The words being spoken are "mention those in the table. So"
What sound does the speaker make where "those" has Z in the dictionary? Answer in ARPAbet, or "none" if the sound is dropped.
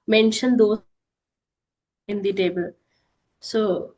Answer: none